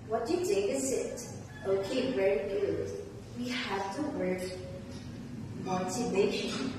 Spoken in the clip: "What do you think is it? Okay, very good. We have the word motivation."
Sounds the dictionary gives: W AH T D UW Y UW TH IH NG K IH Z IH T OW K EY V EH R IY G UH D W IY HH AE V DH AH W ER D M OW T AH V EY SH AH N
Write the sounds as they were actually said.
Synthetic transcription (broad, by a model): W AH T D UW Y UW T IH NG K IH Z IH T OW K EY V EH R IY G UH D W IY HH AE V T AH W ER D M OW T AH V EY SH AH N